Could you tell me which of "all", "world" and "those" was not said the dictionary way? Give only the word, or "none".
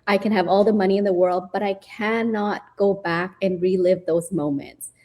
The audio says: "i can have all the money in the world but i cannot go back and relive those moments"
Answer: none